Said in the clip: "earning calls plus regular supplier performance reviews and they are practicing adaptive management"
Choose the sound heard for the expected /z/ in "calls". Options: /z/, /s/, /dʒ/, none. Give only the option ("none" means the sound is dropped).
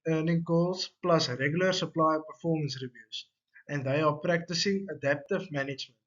/s/